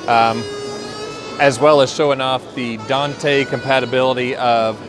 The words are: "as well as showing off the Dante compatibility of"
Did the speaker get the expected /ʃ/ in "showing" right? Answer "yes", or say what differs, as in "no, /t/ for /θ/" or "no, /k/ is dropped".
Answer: yes